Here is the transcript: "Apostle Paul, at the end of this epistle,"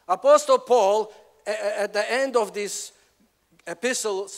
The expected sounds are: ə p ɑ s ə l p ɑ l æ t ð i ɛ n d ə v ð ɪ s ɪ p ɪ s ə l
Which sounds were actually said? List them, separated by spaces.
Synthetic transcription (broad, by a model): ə p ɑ s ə l p ɑ l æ t ð i ɛ n d ə v ð ɪ s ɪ p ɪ s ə l